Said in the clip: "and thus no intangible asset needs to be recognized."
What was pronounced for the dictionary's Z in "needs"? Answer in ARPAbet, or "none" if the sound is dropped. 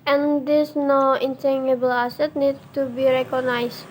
none